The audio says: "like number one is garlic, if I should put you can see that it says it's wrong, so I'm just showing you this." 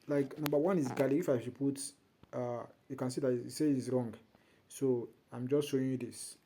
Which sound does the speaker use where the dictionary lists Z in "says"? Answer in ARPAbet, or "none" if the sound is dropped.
none